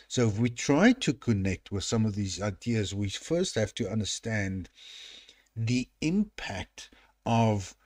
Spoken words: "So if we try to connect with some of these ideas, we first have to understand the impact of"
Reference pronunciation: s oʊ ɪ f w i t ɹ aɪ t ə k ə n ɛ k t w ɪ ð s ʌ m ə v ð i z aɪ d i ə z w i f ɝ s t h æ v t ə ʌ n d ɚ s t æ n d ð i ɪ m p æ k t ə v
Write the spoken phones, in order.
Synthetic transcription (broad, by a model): s oʊ ɪ f w i t ɹ aɪ t ə k ə n ɛ k t w ɪ ð s ʌ m ə v ð i z aɪ d i ə z w i f ɝ s t h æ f t ə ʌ n d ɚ s t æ n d ð i ɪ m p æ k t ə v